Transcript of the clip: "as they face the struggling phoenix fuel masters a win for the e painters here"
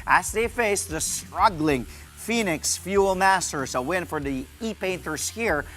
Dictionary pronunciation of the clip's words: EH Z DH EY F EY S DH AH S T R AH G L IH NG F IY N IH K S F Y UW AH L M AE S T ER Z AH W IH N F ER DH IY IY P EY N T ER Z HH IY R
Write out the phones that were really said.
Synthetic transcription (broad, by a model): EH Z DH EY F EY S DH AH S T R AH G L IH NG F IY N IH K S F Y UW L M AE S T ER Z AH W IH N F ER DH IY IY P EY N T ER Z HH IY R